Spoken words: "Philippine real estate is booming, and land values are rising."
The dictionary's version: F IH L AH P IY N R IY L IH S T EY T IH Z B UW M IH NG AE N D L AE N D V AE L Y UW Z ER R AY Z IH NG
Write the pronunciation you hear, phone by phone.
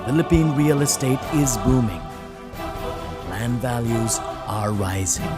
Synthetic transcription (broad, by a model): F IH L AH P IY N R IY L IH S T EY T IH Z B UW M IH NG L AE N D V AE L Y UW Z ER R AY Z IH NG